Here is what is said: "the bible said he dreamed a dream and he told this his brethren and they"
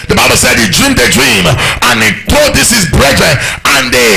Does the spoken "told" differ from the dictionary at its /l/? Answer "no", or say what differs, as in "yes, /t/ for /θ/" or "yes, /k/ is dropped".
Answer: yes, /l/ is dropped